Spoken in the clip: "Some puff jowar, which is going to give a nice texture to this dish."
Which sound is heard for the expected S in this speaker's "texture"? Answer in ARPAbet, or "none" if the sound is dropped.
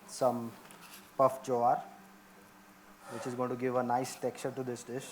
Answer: none